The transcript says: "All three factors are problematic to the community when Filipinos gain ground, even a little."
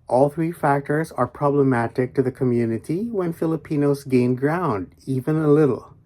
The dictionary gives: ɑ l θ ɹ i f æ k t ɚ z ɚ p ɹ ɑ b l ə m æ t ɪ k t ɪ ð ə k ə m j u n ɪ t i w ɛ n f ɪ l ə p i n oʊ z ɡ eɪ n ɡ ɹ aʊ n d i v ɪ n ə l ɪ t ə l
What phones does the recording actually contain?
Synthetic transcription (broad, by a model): ɑ l θ ɹ i f æ k t ɚ z ɚ p ɹ ɑ b l ə m æ t ɪ k t ɪ ð ə k ə m j u n ɪ t i w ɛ n f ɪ l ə p i n oʊ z ɡ eɪ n ɡ ɹ aʊ n d i v ɪ n ə l ɪ t l